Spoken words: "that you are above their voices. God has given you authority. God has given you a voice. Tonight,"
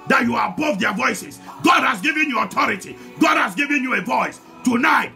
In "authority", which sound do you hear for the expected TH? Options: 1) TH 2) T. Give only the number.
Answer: 2